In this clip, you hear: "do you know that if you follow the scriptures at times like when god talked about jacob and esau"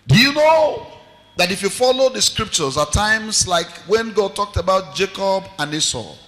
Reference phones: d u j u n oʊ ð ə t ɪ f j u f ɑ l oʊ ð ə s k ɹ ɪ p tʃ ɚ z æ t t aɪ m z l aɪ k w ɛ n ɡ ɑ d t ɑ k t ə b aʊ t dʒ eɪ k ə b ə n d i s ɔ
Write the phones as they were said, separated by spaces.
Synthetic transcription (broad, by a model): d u j u n oʊ ð ə t ɪ f j u f ɑ l oʊ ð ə s k ɹ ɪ p tʃ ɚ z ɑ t t aɪ m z l aɪ k w ɛ n ɡ ɑ d t ɑ k t ə b aʊ t dʒ eɪ k ə b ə n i s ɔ